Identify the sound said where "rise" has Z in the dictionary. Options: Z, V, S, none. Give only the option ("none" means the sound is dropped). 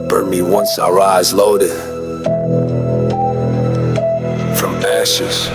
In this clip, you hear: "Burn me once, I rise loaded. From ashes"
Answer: Z